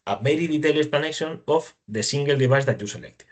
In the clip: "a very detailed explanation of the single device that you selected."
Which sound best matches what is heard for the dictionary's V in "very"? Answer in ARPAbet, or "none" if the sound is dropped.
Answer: B